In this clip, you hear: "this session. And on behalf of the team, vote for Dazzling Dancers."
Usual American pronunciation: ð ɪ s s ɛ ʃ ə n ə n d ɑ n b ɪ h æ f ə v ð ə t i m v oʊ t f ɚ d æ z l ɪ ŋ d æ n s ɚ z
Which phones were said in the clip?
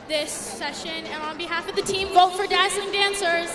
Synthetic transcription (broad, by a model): ð ɪ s s ɛ ʃ ə n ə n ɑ n b ɪ h æ f ə v ð ə t i m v oʊ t f ɚ d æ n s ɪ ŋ d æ n s ɚ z